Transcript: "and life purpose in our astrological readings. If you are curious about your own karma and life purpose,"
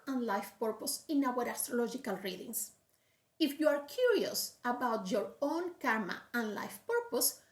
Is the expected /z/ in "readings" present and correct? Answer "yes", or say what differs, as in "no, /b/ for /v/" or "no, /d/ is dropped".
no, /s/ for /z/